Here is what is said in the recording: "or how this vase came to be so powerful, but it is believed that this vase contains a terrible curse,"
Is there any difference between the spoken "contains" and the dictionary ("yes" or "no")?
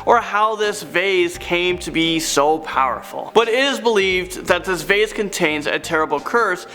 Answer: no